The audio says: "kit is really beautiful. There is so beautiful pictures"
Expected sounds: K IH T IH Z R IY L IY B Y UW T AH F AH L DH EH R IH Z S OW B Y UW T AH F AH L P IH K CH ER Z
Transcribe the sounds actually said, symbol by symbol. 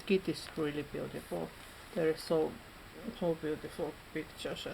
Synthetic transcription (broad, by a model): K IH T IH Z R IY L IY B Y UW T AH F AH L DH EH R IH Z S OW B Y UW T AH F AH L P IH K CH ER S